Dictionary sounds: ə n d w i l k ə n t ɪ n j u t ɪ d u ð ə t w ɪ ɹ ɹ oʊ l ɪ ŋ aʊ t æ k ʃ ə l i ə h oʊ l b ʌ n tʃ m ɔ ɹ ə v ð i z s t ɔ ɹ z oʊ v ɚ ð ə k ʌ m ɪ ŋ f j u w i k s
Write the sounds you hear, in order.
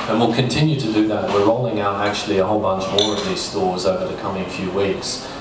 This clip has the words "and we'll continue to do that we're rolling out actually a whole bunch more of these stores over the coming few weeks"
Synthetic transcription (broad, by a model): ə n w i l k ə n t ɪ n j u t ɪ d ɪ ð ə t w ɪ ɹ ɹ oʊ l ɪ ŋ aʊ t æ k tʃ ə l i ə h oʊ l b ʌ n tʃ m ɔ ɹ ə v ð i z s t ɔ ɹ z oʊ v ɚ ð ə k ʌ m ɪ ŋ f j u w i k s